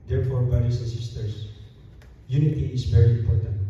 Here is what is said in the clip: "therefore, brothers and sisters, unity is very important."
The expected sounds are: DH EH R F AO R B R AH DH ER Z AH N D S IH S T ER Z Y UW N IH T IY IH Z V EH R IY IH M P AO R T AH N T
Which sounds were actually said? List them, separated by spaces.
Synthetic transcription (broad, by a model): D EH R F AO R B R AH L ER S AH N S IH S T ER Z Y UW N IH T IY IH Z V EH R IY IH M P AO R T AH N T